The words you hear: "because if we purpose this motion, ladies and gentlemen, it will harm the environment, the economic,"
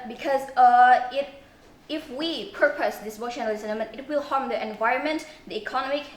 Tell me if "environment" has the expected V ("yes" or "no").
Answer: yes